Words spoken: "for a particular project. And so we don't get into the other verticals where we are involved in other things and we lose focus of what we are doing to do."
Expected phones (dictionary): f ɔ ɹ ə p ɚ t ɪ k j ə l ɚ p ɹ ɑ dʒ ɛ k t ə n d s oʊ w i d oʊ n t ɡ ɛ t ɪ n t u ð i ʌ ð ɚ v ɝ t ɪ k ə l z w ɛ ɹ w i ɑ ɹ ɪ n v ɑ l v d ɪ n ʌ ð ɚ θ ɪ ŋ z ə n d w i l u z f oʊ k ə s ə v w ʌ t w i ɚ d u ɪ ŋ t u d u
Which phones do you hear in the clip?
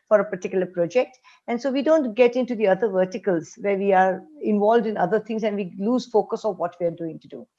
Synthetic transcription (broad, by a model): f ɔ ɹ ə p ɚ t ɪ k j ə l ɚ p ɹ ɑ dʒ ɛ k t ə n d s oʊ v i d oʊ n t ɡ ɛ t ɪ n t u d i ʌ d ɚ v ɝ t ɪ k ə l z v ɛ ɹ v i ɑ ɹ ɪ n v ɑ l v d ɪ n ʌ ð ɚ t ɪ ŋ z ə n d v i l u z f oʊ k ə s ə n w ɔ t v i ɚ d u ɪ ŋ t u d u